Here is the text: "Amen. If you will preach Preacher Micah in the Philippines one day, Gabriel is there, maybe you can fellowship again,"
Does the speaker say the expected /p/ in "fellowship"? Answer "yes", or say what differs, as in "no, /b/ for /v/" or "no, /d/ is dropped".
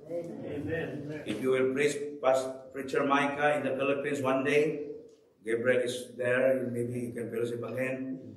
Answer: no, /b/ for /p/